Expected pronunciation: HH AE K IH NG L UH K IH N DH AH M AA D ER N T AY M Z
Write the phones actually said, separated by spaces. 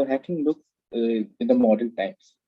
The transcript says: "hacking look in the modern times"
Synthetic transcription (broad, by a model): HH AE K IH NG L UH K IH N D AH M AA D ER L T AY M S